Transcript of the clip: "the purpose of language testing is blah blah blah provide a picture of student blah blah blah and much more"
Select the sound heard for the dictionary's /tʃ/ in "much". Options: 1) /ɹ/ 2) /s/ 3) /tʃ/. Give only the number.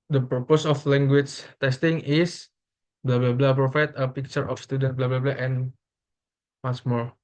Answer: 2